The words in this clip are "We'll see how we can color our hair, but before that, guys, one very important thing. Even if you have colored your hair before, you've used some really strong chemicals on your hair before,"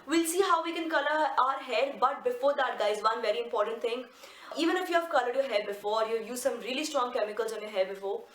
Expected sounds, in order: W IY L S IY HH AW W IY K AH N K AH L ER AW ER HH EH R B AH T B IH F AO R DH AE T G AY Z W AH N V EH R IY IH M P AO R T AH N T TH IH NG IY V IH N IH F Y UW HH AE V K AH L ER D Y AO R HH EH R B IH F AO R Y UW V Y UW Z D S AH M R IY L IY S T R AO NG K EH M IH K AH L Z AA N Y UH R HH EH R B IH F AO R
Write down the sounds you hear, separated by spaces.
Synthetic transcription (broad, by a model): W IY L S IY HH AW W IY K AH N K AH L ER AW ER HH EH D B AH T B IH F AO R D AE T G AY Z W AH N V EH R IY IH M P AO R T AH N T T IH NG IY V IH N IH F Y UW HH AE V K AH L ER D Y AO HH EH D B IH F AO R Y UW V Y UW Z S AH M R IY L IY S T R AO NG K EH M IH K AH L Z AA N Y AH HH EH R B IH F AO R